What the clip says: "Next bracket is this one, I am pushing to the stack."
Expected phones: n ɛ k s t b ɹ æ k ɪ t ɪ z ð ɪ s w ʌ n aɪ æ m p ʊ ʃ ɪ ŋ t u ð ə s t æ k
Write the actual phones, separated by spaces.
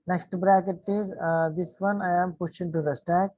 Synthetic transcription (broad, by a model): n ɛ k s t b ɹ æ k ɪ t ɪ z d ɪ s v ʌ n aɪ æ m p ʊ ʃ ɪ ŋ t u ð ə s t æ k